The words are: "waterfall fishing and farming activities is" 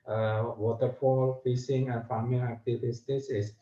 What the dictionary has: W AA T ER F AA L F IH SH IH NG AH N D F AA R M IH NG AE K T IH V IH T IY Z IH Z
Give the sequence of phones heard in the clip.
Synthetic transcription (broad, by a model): W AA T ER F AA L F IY S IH NG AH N F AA M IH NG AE K T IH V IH T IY S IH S